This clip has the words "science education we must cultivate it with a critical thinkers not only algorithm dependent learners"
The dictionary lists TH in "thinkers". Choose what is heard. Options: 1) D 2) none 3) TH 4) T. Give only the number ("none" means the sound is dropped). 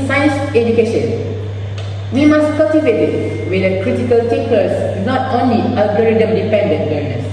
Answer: 4